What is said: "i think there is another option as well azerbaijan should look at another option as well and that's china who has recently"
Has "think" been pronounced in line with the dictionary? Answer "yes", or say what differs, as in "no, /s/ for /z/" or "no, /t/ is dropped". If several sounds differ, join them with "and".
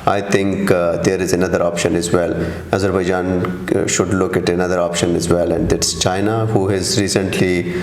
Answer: no, /t/ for /θ/